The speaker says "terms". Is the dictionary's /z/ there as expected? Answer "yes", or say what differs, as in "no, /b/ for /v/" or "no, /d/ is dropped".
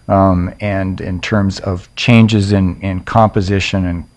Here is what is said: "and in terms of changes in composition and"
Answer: yes